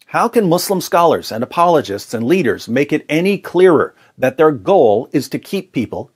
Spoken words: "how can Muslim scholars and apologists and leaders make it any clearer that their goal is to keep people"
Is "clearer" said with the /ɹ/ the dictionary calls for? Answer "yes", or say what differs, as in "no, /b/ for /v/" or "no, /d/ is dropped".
yes